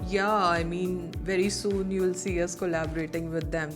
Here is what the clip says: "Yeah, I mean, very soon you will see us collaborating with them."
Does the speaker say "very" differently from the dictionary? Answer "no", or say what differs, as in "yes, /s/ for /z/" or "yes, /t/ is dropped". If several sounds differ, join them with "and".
no